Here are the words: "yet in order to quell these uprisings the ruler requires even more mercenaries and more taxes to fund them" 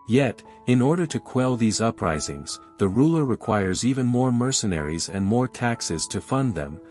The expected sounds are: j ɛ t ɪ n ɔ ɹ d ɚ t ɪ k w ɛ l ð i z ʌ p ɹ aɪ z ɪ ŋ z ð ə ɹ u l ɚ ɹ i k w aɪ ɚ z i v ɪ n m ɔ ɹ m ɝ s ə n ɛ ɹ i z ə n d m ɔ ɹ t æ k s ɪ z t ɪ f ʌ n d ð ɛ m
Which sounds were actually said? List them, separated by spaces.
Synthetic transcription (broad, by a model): j ɛ t ɪ n ɔ ɹ d ɚ t ɪ k w ɛ l ð i z ʌ p ɹ aɪ z ɪ ŋ z ð ə ɹ u l ɚ ɹ i k w aɪ ɚ z i v ɪ n m ɔ ɹ m ɝ s ə n ɛ ɹ i z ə n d m ɔ ɹ t æ k s ɪ z t ɪ f ʌ n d ð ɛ m